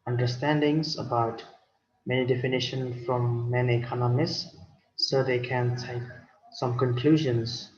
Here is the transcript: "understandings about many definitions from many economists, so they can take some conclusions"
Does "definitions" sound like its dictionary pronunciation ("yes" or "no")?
no